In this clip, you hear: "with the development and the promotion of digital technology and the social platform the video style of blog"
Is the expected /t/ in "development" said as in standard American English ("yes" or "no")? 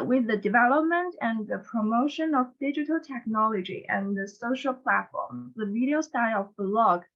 yes